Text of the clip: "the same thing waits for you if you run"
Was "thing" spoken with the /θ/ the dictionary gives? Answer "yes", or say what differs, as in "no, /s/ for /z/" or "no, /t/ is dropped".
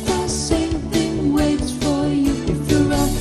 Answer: yes